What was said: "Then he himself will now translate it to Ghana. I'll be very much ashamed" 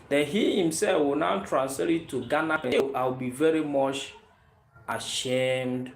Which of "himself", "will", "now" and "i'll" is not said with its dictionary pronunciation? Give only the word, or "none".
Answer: i'll